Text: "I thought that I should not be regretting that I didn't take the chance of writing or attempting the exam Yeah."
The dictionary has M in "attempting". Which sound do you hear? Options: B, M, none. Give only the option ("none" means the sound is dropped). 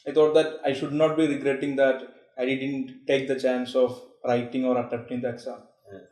none